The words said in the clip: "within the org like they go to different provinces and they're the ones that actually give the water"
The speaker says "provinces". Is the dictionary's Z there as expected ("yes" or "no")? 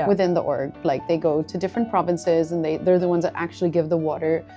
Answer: yes